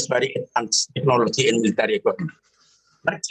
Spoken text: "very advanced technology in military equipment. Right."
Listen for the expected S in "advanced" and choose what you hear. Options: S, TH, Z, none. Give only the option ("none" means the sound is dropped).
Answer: none